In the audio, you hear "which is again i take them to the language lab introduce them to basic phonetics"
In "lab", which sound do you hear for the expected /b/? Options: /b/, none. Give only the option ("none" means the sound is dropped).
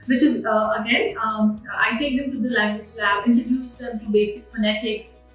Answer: none